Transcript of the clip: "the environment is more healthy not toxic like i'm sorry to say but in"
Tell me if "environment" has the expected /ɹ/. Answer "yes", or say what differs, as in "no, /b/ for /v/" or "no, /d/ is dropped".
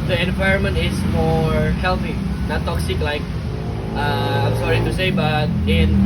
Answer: yes